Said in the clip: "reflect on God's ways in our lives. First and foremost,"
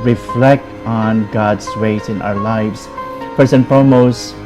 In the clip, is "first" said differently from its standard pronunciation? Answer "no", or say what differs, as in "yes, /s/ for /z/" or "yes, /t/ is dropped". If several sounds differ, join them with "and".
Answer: yes, /t/ is dropped